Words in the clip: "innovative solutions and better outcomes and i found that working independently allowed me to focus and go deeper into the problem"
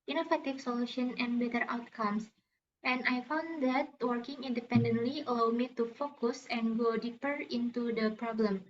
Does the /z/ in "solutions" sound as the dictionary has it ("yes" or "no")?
no